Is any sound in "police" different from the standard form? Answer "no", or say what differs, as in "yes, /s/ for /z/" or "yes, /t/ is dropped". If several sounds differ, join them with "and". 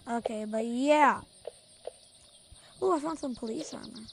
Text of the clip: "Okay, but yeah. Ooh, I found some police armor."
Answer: no